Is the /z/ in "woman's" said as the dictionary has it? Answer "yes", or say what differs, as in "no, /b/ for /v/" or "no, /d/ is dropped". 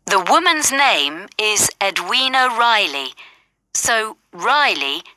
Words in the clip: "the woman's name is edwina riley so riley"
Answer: yes